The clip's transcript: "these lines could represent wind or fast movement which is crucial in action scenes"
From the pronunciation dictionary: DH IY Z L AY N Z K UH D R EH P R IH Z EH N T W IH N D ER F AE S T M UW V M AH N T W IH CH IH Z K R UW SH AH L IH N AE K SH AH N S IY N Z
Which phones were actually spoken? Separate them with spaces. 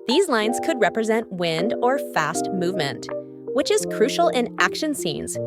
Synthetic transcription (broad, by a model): DH IY Z L AY N Z K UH D R EH P R IH Z EH N T W IH N D ER F AE S T M UW V M AH N T W IH CH IH Z K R UW SH L IH N AE K SH AH N S IY N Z